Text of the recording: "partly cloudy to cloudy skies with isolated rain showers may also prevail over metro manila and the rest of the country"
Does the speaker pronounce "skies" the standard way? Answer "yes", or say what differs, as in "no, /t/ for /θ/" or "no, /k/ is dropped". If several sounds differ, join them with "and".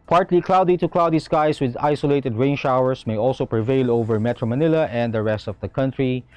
no, /s/ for /z/